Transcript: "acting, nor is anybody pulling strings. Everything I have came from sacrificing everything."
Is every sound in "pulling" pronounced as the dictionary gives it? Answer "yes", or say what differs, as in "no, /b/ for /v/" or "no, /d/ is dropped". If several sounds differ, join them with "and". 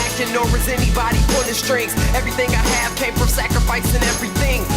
no, /n/ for /l/